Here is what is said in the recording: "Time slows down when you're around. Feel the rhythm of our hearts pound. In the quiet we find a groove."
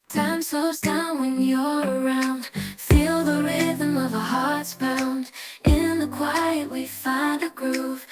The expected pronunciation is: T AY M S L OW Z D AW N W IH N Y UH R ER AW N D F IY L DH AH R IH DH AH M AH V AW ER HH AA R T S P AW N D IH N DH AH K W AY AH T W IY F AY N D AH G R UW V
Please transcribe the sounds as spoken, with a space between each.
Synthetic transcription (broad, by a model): T AY M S OW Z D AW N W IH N Y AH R ER AW N D F IY L DH AH R IH DH AH M AH V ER HH AA R T S B AW N D IH N DH AH K W AY AH T W IY F AY N D AH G R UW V